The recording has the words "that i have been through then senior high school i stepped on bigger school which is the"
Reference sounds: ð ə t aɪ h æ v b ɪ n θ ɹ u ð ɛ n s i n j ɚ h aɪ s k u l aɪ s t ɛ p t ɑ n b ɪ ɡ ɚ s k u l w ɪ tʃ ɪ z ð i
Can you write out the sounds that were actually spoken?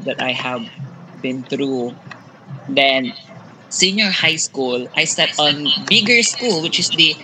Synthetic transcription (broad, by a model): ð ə t aɪ h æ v b ɪ n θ ɹ u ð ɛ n s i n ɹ h aɪ s k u l aɪ s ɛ t ɑ n b ɪ ɡ ɚ s k u l w ɪ tʃ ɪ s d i